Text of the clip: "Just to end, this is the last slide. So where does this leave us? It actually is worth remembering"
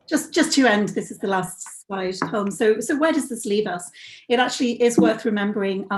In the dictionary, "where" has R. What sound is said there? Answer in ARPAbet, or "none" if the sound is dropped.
W